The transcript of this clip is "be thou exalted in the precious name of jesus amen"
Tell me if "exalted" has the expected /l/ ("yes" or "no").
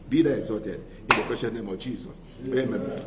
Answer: no